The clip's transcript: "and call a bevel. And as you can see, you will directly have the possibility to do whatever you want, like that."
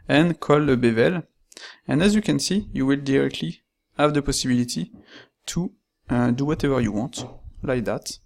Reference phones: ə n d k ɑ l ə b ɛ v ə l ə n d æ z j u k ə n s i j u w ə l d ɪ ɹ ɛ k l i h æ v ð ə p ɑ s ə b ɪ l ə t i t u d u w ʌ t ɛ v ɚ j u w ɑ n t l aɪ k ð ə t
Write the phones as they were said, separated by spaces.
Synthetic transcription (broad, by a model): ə n k ɑ l ə b ɛ v ə l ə n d æ z j u k ə n s i j u w ə l d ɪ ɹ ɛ k l i h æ v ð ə p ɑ s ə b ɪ l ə t i t u d u w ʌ t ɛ v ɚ j u w ɑ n t l aɪ k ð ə t